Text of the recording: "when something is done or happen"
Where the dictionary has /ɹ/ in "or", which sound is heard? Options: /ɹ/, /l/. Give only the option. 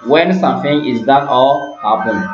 /l/